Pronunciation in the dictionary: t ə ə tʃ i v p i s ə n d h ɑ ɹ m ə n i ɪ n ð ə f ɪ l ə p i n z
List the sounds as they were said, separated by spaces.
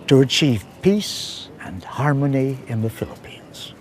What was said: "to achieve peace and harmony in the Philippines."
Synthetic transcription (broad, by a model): t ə ə tʃ i v p i s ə n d h ɑ ɹ m ə n i ɪ n ð ə f ɪ l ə p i n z